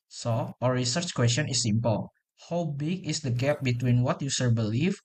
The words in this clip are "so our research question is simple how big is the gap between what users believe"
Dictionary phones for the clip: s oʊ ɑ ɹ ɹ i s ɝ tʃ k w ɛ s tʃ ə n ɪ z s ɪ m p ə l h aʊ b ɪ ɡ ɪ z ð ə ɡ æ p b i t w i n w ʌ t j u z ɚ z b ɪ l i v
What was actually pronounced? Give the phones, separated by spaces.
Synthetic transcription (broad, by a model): s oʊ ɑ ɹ ɹ i s ɝ tʃ k w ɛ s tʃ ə n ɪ s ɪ m p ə l h aʊ b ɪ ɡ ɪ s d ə ɡ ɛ p b i t w i n w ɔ t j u s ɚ b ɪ l i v